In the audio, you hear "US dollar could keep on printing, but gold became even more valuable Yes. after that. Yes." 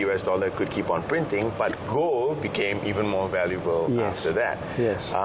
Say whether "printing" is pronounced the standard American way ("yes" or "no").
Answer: yes